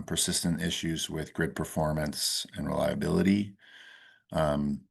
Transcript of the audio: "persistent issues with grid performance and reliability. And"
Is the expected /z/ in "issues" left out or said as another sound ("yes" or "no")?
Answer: no